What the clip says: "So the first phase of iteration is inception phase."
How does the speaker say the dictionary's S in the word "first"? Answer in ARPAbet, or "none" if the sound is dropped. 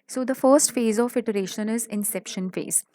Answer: S